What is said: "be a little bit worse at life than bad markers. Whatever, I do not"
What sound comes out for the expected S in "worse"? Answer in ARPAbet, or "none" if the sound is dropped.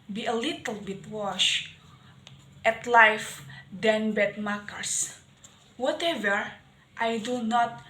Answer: SH